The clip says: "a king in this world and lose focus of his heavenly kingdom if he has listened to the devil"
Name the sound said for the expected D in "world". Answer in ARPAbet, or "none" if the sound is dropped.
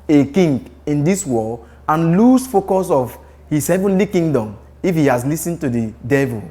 none